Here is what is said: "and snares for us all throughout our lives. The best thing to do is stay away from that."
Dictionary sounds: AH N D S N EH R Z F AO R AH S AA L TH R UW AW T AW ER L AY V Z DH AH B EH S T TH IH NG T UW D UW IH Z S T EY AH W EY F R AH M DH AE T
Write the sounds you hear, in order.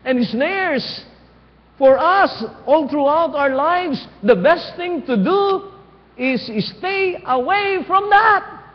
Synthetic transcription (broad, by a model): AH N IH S N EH R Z F AO R AH S AA L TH R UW AW T AW ER L AY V S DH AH B EH S T TH IH NG T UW D UW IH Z S T EY AH W EY F R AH M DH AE T